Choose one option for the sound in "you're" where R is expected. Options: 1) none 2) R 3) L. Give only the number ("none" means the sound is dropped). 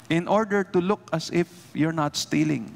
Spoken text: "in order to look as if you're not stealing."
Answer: 2